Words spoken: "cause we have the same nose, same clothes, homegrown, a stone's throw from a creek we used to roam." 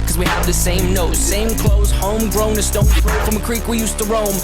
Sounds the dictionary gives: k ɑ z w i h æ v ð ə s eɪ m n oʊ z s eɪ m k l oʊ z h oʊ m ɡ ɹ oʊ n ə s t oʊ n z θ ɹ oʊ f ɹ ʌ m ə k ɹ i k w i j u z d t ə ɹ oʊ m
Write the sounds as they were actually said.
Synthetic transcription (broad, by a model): k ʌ z w i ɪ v ð ə s eɪ m n oʊ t s eɪ m k l oʊ z h oʊ m ɡ ɹ oʊ n ə s t oʊ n θ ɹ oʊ f ɹ ʌ m ə k ɹ i k w i j u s t ə ɹ oʊ m